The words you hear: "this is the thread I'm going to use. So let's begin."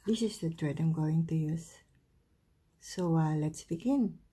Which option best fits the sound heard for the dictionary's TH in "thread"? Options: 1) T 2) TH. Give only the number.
1